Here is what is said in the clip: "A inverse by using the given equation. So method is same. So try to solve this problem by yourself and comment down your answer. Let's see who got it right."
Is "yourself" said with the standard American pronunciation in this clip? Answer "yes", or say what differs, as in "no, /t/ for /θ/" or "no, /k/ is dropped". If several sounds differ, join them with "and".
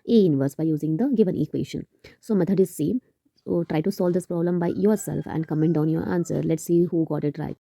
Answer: yes